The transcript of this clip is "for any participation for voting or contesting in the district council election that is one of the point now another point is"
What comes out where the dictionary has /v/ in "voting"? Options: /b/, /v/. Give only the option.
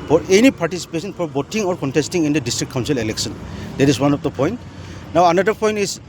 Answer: /b/